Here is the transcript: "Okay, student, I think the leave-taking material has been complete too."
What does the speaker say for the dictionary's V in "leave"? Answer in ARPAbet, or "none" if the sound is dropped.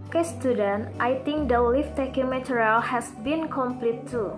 F